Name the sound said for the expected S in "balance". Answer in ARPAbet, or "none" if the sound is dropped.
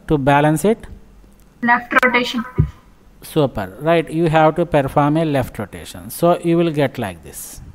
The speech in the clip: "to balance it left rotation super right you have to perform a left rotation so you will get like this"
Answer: S